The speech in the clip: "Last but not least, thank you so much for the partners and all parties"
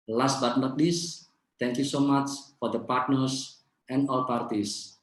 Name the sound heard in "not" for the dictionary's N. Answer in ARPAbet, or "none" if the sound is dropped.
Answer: L